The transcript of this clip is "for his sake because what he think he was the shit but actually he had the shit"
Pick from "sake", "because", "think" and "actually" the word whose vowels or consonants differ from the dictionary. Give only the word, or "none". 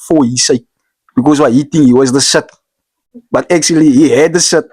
think